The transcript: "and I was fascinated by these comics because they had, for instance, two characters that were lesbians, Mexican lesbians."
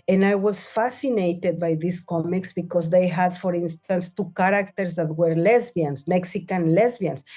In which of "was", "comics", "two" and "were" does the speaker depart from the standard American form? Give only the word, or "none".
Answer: was